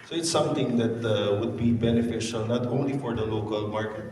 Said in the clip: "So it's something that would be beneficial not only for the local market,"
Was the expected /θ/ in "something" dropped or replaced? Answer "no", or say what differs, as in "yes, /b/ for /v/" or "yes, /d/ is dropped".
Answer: yes, /t/ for /θ/